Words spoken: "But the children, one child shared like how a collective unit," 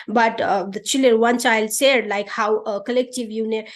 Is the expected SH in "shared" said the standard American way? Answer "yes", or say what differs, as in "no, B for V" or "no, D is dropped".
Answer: no, S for SH